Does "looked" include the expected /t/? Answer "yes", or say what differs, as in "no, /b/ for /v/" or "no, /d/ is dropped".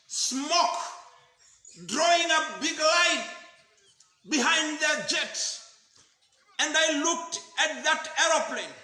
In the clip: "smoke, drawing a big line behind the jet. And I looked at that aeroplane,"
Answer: yes